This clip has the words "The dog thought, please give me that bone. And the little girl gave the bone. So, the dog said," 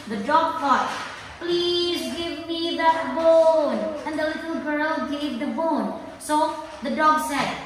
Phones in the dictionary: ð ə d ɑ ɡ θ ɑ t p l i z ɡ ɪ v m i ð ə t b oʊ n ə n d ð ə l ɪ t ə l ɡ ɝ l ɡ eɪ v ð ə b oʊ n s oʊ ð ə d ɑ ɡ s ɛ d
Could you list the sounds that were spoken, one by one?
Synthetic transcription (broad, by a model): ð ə d ɑ ɡ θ ɑ t p l i z ɡ ɪ v m i ð ə t b oʊ n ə n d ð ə l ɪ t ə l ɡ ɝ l ɡ eɪ v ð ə b oʊ n s oʊ ð ə d ɑ ɡ s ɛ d